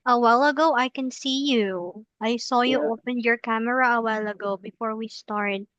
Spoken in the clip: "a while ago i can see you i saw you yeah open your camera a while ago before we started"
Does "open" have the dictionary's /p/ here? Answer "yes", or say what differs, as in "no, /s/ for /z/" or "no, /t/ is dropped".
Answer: yes